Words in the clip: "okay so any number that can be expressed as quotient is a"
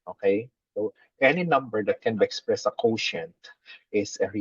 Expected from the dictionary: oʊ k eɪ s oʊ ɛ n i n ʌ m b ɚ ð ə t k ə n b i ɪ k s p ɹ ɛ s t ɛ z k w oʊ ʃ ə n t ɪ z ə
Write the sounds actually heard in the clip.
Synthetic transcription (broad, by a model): oʊ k eɪ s oʊ ɛ n i n ʌ m b ɚ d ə t k ə n b i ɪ k s p ɹ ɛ s ʌ k oʊ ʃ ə n t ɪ s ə